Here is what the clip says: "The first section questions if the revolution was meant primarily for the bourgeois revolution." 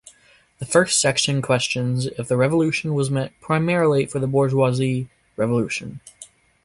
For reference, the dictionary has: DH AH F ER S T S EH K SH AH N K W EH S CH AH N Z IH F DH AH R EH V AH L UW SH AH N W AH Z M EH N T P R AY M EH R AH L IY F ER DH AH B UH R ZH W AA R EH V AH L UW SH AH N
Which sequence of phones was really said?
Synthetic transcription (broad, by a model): DH AH F ER S T S EH K SH AH N K W EH S CH AH N Z IH F DH AH R EH V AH L UW SH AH N W AH Z M EH T P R AY M EH R L IY F ER DH AH B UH R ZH W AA R EH V AH L UW SH AH N